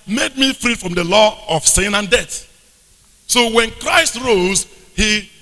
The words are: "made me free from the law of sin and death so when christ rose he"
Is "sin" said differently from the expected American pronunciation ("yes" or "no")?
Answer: no